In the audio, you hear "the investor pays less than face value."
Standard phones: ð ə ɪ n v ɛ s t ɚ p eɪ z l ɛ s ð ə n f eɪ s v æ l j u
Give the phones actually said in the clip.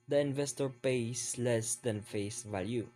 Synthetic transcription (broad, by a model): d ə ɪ n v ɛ s t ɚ p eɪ s l ɛ s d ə n f eɪ s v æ l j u